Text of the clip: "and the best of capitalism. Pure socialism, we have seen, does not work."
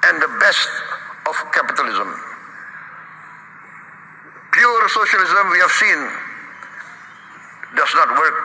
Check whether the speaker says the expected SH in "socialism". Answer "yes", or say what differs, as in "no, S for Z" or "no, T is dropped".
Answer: yes